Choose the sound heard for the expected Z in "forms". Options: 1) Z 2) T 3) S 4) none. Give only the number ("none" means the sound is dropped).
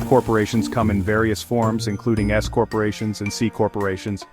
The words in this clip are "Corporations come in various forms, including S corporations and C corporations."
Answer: 1